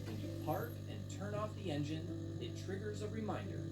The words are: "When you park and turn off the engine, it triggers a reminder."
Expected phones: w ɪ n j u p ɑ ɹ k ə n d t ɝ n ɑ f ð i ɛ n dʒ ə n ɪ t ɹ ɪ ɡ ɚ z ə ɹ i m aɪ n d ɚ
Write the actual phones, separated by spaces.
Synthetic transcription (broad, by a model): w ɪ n j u p ɑ ɹ k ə n t ɝ n ɑ f ð i ɛ n dʒ ə n ɪ t ɹ ɪ ɡ ɚ z ə ɹ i m aɪ n d ɚ